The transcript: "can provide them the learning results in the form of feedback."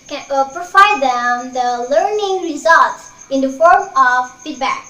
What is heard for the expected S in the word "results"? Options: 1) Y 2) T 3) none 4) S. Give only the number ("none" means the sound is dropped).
4